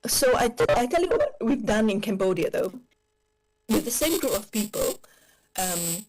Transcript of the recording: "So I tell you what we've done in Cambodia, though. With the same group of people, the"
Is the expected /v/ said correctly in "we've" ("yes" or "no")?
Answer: yes